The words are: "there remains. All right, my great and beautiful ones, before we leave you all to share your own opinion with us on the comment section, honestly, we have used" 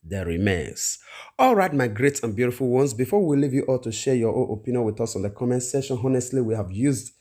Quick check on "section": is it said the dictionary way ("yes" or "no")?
no